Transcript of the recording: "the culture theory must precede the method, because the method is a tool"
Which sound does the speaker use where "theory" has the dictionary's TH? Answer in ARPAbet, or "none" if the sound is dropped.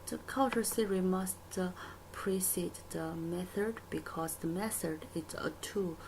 S